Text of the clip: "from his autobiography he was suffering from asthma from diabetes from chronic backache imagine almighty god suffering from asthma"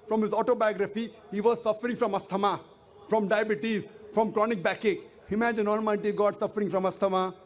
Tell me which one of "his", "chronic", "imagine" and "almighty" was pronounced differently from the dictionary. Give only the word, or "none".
almighty